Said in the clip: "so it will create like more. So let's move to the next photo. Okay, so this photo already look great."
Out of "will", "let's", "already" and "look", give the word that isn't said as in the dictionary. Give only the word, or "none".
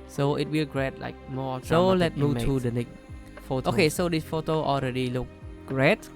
let's